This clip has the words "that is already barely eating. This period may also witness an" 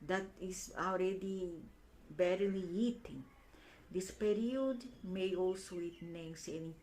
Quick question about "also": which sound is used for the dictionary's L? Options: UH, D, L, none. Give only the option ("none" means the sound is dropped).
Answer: L